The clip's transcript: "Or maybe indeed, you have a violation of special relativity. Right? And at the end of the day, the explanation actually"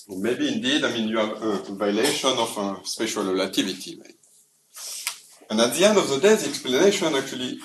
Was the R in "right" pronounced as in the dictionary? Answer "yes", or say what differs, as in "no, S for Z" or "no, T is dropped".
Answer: no, W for R